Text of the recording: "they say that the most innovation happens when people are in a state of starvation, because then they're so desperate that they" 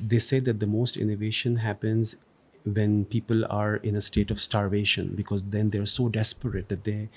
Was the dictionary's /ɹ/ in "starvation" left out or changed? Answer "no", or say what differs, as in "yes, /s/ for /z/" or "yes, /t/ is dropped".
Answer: no